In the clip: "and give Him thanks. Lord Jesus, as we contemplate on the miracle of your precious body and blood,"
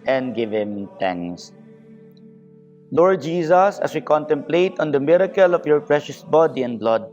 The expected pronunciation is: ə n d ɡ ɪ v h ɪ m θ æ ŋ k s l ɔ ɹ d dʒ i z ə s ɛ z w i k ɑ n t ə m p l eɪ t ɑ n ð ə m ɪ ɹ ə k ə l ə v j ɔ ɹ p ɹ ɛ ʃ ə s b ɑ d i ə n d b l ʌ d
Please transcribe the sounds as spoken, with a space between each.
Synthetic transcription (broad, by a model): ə n d ɡ ɪ v h ɪ m t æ ŋ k s l ɔ ɹ d dʒ i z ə s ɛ s w i k ɑ n t ə m p l eɪ t ɑ n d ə m ɪ ɹ ə k ə l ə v j ɔ ɹ p ɹ ɛ ʃ ə s b ɑ d i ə n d b l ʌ d